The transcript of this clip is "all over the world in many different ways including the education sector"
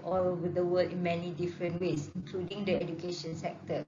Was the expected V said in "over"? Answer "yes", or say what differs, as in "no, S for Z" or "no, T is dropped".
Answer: no, W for V